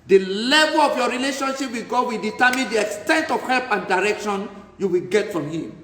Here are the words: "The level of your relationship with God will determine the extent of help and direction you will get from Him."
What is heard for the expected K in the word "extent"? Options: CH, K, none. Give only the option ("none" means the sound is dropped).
K